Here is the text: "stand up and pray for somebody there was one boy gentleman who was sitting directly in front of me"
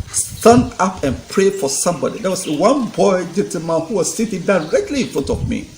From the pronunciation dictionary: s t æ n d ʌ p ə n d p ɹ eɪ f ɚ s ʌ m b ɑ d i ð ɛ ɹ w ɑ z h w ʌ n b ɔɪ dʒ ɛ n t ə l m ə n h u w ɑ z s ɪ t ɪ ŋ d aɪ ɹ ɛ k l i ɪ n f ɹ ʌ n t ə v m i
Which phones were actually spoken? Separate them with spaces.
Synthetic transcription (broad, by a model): s t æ n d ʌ p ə n p ɹ eɪ f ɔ s ʌ m b ɑ d i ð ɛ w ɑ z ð w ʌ n b ɔɪ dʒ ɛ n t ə m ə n h u w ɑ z s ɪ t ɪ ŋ d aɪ ɹ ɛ k l i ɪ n f ɹ ʌ n t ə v m i